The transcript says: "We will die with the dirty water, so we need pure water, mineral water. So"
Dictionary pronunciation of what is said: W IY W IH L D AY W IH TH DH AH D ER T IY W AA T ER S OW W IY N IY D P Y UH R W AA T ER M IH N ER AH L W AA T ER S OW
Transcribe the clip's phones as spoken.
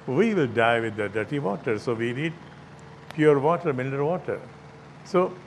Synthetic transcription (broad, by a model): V IY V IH L D AY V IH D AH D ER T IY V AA T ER S OW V IY N IY D P Y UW R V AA T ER M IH L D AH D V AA T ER S OW